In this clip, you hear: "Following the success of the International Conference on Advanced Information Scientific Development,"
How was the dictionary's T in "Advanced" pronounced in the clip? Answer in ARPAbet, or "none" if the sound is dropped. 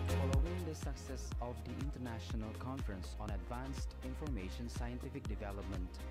T